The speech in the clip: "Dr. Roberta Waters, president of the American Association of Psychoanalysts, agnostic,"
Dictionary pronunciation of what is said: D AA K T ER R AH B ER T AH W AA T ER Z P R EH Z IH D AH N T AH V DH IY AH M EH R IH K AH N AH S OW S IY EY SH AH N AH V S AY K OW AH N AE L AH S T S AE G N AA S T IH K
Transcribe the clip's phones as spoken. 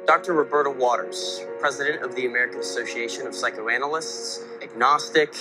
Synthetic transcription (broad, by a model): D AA K T ER R AH B ER T AH W AA T ER Z P R EH Z IH D AH N T AH V DH IY AH M EH R IH K AH N AH S OW S IY EY SH AH N AH V S AY K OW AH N L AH S T S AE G N AA S T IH K